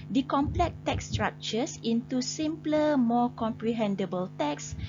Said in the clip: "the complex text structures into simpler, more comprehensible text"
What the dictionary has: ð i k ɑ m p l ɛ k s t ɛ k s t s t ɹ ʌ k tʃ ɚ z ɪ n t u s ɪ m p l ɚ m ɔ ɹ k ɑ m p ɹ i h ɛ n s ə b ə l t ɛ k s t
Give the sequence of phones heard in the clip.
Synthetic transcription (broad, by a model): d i k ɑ m p l ɛ k t ɛ k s s t ɹ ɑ k tʃ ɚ s ɪ n t u s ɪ m p l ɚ m ɔ k ɑ m p ɹ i h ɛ n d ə b ə l t ɛ k s